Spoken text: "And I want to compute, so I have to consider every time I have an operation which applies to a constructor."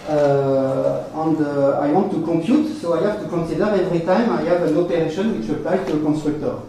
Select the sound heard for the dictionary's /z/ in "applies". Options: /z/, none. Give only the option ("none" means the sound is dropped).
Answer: none